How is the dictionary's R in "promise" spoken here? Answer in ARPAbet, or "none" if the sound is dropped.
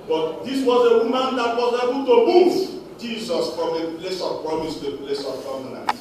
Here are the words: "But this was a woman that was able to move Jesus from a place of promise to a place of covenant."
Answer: R